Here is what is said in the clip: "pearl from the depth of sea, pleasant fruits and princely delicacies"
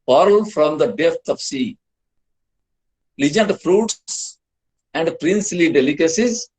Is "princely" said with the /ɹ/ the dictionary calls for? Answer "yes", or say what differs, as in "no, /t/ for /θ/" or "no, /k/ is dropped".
yes